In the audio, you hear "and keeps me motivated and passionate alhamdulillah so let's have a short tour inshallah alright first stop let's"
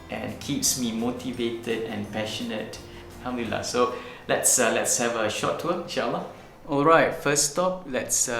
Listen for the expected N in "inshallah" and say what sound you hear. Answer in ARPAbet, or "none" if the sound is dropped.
none